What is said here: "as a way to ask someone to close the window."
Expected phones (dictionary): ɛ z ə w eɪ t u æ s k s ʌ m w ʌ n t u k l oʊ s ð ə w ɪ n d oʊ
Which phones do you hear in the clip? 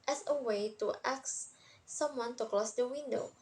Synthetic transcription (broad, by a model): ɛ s ə w eɪ t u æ k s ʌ m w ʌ n t u k l oʊ s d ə w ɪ n d oʊ